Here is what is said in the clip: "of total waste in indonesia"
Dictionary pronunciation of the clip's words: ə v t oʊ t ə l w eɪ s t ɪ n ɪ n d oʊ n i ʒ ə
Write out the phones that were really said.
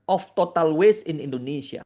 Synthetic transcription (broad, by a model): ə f t oʊ t ə l w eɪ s ɪ n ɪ n d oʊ n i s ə